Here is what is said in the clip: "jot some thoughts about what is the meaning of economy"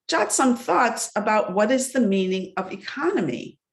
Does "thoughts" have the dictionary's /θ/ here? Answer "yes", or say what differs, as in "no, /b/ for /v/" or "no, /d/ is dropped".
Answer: yes